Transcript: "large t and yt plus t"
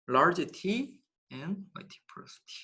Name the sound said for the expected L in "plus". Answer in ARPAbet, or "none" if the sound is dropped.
none